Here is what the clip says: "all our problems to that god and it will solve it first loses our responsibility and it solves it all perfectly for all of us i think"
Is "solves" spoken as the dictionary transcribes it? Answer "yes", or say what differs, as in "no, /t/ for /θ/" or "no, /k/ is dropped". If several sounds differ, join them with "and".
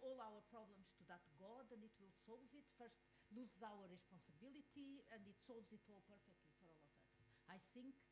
yes